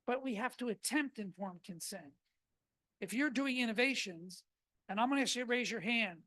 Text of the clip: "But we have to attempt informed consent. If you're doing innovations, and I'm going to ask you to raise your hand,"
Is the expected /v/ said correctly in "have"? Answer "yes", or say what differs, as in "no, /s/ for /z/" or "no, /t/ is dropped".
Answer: no, /f/ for /v/